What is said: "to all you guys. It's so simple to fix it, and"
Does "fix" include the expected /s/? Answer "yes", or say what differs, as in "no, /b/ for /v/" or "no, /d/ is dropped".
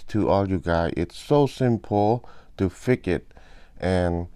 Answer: no, /s/ is dropped